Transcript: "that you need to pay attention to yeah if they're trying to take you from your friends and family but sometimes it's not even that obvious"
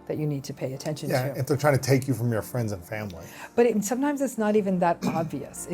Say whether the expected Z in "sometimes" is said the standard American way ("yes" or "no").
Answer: yes